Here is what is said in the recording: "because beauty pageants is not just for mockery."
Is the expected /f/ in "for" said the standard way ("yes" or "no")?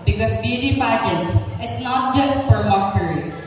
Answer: no